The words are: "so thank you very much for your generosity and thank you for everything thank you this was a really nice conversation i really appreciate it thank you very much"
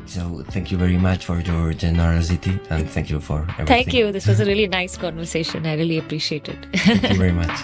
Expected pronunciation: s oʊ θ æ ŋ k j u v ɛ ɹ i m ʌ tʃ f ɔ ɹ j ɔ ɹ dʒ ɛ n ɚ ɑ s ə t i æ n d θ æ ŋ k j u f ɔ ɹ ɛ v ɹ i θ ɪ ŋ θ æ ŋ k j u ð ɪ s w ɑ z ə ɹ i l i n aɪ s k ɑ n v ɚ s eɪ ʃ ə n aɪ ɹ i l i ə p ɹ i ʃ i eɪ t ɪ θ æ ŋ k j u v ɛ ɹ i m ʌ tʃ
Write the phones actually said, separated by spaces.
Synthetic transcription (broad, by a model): s oʊ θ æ ŋ k j u v ɛ ɹ i m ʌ tʃ f ɔ ɹ j ɔ ɹ dʒ ɛ n ɚ ɑ s ə t i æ n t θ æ ŋ k j u f ɔ ɹ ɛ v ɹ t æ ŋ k j u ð ɪ s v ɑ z ə ɹ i l i n aɪ s k ɑ n v ɚ s eɪ ʃ ə n aɪ ɹ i l i ə p ɹ i ʃ i eɪ t ɪ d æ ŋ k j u v ɛ ɹ i m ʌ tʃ